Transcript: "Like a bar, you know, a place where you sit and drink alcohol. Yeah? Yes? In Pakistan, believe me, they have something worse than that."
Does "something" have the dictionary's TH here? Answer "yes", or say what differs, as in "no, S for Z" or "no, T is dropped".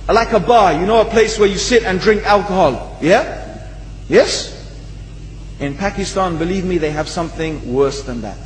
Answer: yes